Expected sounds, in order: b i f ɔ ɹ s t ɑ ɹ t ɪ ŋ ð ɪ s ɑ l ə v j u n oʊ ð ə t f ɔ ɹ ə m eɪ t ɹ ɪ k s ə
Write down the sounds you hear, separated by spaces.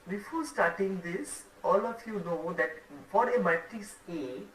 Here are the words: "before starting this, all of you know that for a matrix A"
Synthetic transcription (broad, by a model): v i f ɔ s t ɑ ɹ t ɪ ŋ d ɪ s ɑ l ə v j u n oʊ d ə t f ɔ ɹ ə m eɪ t ɪ s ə